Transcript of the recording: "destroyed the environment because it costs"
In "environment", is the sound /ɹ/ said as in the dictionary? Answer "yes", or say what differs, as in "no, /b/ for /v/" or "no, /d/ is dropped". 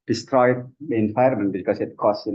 no, /ɹ/ is dropped